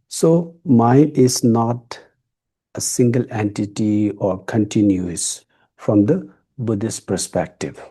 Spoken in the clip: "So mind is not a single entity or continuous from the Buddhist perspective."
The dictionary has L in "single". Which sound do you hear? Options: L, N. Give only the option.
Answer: L